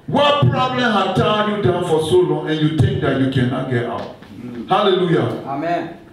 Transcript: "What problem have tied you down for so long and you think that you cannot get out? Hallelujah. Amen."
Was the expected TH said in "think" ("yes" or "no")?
no